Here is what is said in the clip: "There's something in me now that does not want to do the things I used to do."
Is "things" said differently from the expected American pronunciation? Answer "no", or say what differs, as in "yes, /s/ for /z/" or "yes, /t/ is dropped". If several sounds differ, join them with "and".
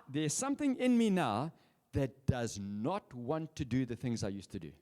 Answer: no